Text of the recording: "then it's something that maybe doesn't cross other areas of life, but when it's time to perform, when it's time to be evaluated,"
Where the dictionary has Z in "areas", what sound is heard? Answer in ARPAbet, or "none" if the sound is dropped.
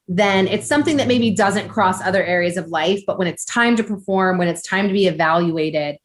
Z